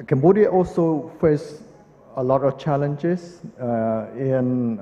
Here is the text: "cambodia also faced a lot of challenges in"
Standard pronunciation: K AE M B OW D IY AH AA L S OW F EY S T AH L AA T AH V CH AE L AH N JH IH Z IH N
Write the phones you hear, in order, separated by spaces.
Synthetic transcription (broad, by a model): K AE M B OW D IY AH AA L S OW F EY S AH L AA T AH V CH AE L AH N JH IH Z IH N